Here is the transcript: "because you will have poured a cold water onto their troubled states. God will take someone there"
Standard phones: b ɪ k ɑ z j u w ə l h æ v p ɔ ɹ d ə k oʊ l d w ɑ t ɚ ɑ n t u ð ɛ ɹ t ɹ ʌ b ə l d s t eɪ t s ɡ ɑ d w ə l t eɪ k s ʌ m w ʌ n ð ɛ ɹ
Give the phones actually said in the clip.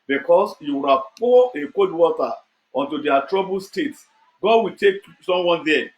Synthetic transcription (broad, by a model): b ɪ k ɑ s j u w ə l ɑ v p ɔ ə k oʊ d w ɑ t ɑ ɑ n t u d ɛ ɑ t ɹ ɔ b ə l s t eɪ t s ɡ ɑ d w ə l t eɪ k s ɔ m w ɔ n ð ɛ